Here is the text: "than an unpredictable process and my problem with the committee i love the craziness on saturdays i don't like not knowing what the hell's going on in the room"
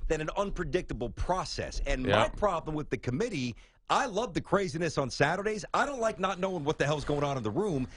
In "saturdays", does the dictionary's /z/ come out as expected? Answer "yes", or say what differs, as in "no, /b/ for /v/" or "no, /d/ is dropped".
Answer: yes